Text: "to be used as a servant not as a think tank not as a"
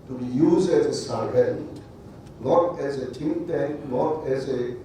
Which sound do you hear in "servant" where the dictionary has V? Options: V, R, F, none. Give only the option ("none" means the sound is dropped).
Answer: none